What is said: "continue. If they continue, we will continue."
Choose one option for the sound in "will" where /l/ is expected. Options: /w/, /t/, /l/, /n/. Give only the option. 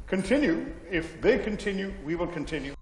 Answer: /l/